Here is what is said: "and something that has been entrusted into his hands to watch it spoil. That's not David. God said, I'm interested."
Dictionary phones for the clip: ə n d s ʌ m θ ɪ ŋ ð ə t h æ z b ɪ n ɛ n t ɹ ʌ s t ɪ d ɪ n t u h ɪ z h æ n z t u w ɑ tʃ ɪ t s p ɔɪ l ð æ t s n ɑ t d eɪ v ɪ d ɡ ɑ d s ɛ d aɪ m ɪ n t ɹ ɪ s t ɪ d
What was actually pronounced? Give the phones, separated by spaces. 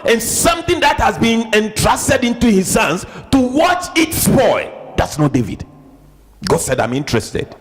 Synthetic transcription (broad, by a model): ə n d s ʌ m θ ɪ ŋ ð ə t h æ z b ɪ n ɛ n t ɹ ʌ s t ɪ d ɪ n t u h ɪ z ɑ n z t u w ɑ tʃ ɪ t s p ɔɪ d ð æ t s n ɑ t d eɪ v ɪ d ɡ ɑ d s ɛ d aɪ m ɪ n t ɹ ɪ s t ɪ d